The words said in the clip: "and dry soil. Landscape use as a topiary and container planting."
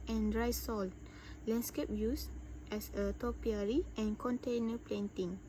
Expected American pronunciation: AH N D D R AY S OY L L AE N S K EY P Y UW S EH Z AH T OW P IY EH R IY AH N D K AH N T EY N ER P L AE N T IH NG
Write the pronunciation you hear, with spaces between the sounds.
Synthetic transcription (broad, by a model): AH N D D R AY S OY L L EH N S K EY P Y UW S EH S AH T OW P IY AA R IY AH N K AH N T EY N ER P L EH N T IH NG